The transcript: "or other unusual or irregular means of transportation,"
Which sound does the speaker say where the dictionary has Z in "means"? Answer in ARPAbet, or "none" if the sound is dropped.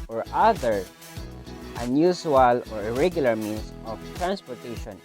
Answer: S